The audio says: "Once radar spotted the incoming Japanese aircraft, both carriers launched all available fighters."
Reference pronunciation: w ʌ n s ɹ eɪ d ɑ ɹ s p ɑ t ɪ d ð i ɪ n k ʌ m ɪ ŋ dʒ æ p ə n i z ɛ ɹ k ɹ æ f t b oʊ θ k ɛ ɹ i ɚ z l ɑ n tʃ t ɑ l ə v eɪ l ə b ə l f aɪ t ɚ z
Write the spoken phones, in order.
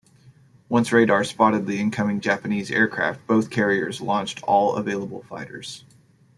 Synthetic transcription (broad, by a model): w ʌ n s ɹ eɪ d ɑ ɹ s p ɑ t ɪ d ð i ɪ n k ʌ m ɪ ŋ dʒ æ p ə n i z ɛ ɹ k ɹ æ f t b oʊ θ k ɛ ɹ i ɚ z l ɑ n tʃ t ɑ l ə v eɪ l ə b l f aɪ t ɚ z